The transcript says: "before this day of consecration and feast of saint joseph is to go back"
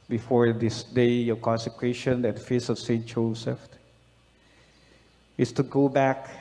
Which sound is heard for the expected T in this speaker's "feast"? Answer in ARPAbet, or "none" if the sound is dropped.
none